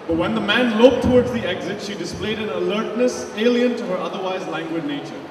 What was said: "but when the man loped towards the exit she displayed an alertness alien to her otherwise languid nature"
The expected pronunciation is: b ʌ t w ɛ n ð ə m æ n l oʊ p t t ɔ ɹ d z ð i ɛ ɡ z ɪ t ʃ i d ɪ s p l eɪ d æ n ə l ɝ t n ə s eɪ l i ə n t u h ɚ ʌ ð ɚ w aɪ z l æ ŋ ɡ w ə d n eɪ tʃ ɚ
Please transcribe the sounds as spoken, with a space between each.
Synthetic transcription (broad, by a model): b ʌ t w ɛ n ð ə m æ n l oʊ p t t ɔ ɹ d z ð i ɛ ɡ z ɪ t ʃ i d ɪ s p l eɪ d æ n ə l ɝ t n ə s eɪ l i ə n t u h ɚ ʌ ð ɚ w aɪ z l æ ŋ ɡ w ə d n eɪ tʃ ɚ